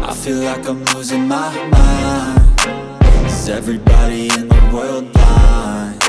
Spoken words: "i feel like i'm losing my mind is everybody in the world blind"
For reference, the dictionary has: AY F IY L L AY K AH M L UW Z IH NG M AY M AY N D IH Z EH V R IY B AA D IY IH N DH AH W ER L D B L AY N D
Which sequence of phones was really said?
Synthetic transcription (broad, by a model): AY F IY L L AY K AH M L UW Z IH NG M AY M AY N IH Z EH V R IY B AA D IY IH N DH AH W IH L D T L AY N